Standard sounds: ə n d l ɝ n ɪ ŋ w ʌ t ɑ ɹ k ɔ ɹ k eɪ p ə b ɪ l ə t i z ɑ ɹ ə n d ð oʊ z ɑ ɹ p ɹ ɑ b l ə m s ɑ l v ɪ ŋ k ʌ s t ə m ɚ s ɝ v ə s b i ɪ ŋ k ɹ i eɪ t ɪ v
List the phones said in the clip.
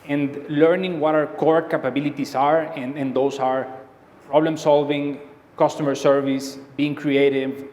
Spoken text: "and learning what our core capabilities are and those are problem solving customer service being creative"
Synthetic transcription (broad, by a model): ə n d l ɝ n ɪ ŋ w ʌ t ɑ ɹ k ɔ ɹ k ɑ p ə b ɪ l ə t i s ɑ ɹ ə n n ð oʊ s ɑ ɹ p ɹ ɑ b l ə m s ɑ l v ɪ ŋ k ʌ s t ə m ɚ s ɝ v ə s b i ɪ ŋ k ɹ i eɪ t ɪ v